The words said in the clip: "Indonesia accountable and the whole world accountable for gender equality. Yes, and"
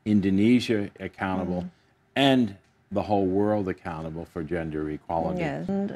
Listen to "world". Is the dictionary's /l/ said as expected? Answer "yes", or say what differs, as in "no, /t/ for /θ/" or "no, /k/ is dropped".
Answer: yes